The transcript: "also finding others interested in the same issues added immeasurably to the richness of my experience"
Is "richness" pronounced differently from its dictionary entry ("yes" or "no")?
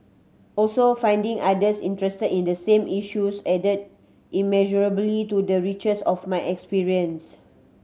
yes